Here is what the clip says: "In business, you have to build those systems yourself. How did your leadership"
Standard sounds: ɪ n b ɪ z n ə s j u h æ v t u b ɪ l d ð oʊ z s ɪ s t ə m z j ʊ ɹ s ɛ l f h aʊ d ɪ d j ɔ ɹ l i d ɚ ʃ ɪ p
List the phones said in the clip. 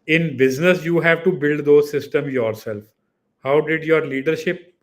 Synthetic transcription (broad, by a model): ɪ n b ɪ z n ə s j u h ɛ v t u b ɪ l d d oʊ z s ɪ s t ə m j ʊ ɹ s ɛ l f h aʊ d ɪ d j ɔ ɹ l i d ɚ ʃ ɪ p